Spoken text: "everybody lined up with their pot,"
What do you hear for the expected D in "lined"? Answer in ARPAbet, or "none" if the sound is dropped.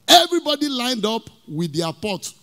D